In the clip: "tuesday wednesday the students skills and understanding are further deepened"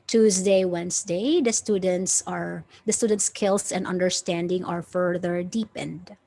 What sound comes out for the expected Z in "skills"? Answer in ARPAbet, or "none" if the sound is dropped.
S